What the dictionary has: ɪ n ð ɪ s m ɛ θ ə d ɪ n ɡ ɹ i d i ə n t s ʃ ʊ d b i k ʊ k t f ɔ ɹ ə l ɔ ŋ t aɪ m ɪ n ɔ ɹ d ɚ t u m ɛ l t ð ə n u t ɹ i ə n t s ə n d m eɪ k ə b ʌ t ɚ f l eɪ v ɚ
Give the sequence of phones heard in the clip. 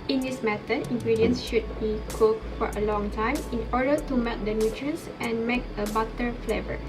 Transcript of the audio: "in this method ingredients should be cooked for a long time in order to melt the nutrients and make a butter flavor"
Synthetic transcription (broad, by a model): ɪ n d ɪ s m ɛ t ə ɪ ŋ ɡ ɹ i d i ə n s ʃ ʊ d b i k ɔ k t f ɔ ɹ ə l ɔ ŋ t aɪ m ɪ n ɔ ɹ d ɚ t u m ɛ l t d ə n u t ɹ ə n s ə n m eɪ k ə b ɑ t ɚ f l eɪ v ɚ